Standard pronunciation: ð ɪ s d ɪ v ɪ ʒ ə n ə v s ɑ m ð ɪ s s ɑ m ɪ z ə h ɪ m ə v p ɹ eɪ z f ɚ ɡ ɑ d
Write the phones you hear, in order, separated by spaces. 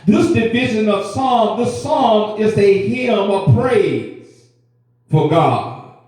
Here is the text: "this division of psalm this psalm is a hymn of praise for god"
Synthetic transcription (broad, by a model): ð ɪ s d ɪ v ɪ ʒ ə n ə v s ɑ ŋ ð ɪ s s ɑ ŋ ɪ z ə h ɪ m ə v p ɹ eɪ z f ɚ ɡ ɑ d